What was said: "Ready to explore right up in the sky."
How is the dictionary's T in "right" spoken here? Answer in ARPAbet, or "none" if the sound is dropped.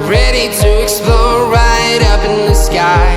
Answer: T